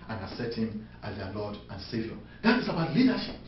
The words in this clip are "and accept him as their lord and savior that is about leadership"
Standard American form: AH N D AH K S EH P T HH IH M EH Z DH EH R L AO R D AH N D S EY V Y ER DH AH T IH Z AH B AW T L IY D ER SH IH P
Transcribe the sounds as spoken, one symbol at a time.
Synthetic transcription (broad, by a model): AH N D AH S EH T HH IH M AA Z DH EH L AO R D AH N S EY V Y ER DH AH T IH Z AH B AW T L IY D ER SH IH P